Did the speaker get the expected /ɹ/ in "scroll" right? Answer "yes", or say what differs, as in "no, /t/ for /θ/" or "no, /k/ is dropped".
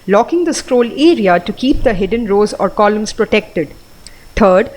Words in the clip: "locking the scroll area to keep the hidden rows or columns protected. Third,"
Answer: yes